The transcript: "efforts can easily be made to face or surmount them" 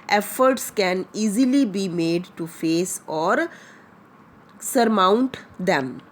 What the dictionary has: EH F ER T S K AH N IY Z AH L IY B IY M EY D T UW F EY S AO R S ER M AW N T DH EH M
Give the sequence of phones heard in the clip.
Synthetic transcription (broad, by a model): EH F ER T S K AH N IY Z AH L IY B IY M EY D T UW F EY S AO R S ER M AW N T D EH M